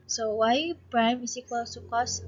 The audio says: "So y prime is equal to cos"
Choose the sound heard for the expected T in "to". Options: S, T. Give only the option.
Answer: S